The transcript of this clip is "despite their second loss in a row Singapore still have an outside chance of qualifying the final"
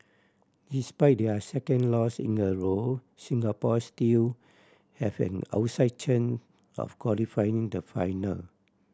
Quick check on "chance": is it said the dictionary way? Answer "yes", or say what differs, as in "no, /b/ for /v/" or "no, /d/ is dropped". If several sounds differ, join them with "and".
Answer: no, /s/ is dropped